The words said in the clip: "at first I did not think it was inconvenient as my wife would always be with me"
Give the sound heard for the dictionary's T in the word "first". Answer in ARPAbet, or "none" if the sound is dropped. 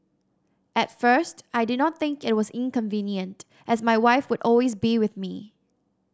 T